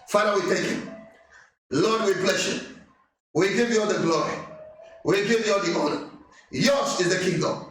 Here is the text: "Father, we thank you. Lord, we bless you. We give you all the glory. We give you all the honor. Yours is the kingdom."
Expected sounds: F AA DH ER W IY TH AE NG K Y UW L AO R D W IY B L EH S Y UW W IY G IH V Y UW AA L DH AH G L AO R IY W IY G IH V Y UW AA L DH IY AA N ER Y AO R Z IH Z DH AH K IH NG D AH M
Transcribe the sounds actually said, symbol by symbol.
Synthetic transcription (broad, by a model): F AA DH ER W IY T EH K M L AO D W IY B L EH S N W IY G IH V Y UW AA L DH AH G L AO R IY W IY G IH V Y UW AA L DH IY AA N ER Y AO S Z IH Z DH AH K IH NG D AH M